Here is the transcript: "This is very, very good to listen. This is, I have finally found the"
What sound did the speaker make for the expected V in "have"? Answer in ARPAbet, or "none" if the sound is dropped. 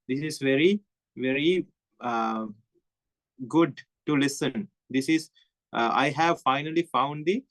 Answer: V